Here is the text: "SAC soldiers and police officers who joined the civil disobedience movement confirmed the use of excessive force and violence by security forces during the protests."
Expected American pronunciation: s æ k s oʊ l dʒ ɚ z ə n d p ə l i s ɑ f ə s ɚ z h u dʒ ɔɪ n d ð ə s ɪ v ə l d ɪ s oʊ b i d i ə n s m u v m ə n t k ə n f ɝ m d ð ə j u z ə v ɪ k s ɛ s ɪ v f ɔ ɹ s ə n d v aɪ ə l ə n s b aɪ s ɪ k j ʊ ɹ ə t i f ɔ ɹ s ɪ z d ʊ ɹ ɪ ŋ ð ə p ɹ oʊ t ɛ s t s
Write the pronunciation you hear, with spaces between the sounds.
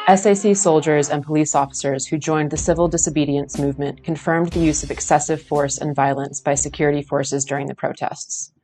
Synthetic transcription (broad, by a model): s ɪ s s oʊ l dʒ ɚ z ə n p ə l i s ɑ f ə s ɚ z h u dʒ ɔɪ n ð ə s ɪ v l d ɪ s oʊ b i d i ə n s m u v m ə n k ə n f ɝ m ð ə j u z ə v ɪ k s ɛ s ɪ v f ɔ ɹ s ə n v aɪ ə l ə n s b aɪ s ɪ k j ʊ ɹ ə t i f ɔ ɹ s ɪ z d ʊ ɹ ɪ ŋ ð ə p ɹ oʊ t ɛ s t s